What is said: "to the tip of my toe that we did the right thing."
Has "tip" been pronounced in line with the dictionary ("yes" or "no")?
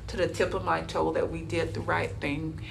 yes